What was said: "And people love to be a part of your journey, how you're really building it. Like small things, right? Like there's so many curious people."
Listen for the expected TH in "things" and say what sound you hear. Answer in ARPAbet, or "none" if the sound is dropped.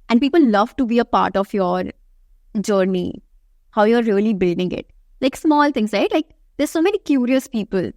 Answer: T